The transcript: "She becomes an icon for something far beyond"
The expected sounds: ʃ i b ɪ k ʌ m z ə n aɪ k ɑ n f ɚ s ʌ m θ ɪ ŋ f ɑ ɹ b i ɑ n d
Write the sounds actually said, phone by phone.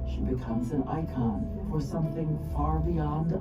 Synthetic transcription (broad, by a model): ʃ i b ɪ k ʌ m z ə n aɪ k ɑ n f ɚ s ʌ m θ ɪ ŋ f ɑ ɹ b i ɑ n d